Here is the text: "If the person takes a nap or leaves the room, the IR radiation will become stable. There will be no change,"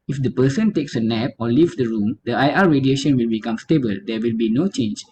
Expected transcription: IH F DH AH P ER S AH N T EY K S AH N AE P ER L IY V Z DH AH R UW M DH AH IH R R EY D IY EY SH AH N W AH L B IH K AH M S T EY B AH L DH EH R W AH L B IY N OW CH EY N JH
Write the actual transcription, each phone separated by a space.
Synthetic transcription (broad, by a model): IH F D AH P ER S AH N T EY K S AH N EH P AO L IY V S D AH R UW M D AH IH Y R EY D IY EY SH AH N W AH L B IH K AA M S T EY B AH L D EH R W AH L B IY N OW CH EY N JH